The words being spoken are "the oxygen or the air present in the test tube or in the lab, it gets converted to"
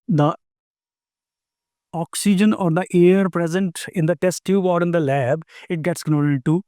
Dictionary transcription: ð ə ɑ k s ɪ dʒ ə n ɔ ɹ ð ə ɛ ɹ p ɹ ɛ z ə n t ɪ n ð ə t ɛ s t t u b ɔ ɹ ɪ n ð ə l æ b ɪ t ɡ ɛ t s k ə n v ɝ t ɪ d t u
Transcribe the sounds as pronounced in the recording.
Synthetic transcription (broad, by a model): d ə ɑ k s ɪ dʒ ə n ɔ ɹ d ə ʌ ɹ p ɹ ɛ z ə n t ɪ n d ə t ɛ s t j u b ɔ ɹ ɪ n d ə l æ b ɪ t ɡ ɛ t s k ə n ɔ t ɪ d t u